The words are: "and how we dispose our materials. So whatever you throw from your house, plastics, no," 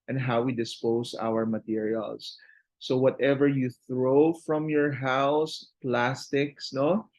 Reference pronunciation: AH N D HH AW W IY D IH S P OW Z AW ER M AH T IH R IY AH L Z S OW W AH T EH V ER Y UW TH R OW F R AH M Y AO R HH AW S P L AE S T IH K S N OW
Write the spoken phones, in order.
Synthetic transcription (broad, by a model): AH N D HH AW W IY D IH S P OW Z AW ER M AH T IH R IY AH L S OW W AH T EH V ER Y UW TH R OW F R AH M Y AO R HH AW S P L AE S T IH K S N OW